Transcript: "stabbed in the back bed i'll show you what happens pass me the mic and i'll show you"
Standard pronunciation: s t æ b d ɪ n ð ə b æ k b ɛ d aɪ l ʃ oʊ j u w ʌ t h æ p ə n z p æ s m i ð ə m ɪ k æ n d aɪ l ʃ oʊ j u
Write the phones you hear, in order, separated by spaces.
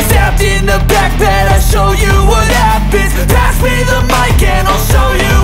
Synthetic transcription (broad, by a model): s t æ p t ɪ n ð ə b æ k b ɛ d aɪ ʃ oʊ j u w ʌ t h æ b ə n p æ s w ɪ ð ə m ɪ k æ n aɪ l ʃ oʊ j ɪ